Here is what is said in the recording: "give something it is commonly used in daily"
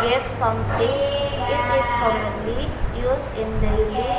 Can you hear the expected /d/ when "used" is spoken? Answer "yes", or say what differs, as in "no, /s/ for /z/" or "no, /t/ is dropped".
no, /d/ is dropped